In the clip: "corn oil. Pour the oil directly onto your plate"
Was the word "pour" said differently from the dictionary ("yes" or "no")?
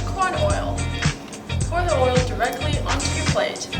yes